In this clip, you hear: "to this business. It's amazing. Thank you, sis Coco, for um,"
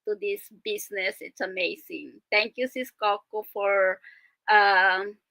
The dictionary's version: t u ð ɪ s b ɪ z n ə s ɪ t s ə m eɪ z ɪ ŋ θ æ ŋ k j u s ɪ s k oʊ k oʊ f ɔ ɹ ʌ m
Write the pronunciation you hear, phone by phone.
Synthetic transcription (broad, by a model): t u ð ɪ s b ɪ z n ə s ɪ t s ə m eɪ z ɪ ŋ t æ ŋ k j u s ɪ s k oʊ k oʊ f ɔ ɹ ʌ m